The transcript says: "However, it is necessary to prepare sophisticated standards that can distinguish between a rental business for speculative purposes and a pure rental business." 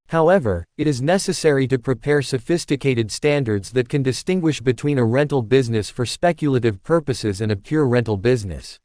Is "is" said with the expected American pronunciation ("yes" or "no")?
yes